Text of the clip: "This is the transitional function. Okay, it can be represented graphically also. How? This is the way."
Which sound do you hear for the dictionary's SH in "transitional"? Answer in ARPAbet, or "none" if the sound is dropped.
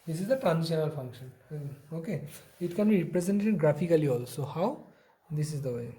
none